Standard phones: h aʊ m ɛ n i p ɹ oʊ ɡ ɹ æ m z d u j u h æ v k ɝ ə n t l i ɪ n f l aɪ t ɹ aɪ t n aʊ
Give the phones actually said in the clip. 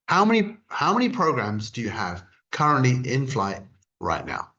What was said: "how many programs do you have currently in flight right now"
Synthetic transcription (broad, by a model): h aʊ m ɛ n i p ɹ oʊ ɡ ɹ æ m z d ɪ j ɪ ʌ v k ɝ ə n t l i ɪ n f l aɪ t ɹ aɪ t n aʊ